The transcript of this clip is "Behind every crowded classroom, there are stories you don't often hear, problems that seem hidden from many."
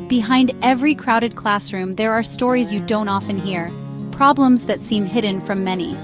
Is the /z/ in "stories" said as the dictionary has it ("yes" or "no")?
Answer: yes